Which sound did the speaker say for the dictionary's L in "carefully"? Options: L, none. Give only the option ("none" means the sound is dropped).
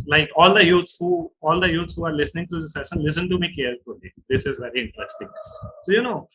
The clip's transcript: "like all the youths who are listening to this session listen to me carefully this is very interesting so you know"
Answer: none